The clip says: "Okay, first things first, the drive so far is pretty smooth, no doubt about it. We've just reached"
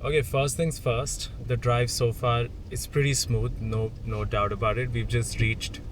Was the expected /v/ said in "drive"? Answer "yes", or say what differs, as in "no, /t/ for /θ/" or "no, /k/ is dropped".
yes